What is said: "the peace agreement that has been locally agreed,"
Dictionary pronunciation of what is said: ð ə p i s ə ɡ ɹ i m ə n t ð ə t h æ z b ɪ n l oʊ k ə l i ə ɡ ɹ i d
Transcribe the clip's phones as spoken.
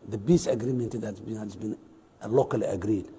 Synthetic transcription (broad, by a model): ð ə b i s ə ɡ ɹ i m ə n t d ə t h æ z b ɪ n l oʊ k ə l i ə ɡ ɹ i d